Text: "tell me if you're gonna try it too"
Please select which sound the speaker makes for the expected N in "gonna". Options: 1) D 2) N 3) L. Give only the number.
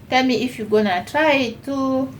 2